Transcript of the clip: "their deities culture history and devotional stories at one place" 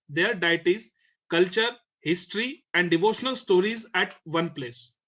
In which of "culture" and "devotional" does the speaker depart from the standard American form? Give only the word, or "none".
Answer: none